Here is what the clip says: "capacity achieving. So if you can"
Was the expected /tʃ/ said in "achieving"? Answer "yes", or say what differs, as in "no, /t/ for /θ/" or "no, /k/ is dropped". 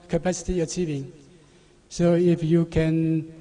yes